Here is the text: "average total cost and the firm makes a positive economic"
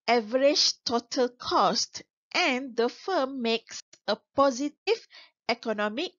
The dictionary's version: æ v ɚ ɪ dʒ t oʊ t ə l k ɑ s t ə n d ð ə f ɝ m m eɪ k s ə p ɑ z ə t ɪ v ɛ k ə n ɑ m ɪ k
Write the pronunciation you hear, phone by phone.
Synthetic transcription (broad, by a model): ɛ v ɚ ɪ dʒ t oʊ t ə l k ɑ s t ə n d ə f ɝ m m eɪ k s ə p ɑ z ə t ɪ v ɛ k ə n ɑ m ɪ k